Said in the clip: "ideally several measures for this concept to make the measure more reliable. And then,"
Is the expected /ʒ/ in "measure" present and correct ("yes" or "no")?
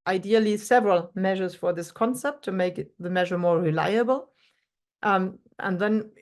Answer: yes